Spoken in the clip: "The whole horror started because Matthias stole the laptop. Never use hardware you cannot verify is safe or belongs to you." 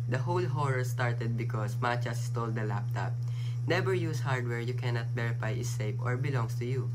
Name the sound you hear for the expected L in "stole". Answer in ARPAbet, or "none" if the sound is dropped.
L